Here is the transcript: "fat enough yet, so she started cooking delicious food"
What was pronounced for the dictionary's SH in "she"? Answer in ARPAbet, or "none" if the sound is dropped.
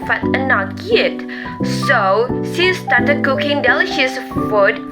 S